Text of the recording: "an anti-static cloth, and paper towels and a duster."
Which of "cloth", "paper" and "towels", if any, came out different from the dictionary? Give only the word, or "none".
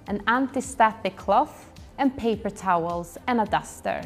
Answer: cloth